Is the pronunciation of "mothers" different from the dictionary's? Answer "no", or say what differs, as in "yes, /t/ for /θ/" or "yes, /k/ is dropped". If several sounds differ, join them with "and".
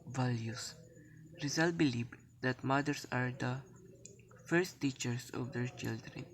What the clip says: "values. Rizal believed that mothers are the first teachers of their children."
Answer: yes, /s/ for /z/